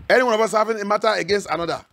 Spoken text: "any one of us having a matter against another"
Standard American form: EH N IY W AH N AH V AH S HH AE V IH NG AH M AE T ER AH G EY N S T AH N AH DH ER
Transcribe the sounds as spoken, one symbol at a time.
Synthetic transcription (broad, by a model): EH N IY W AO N AH V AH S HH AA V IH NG AH M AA T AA AH G EY N S T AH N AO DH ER